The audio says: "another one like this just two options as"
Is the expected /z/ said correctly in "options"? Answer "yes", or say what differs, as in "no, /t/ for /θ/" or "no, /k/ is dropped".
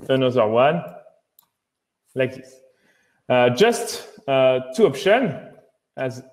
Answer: no, /z/ is dropped